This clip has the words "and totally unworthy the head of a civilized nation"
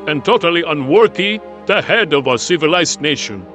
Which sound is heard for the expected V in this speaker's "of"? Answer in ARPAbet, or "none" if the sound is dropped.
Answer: V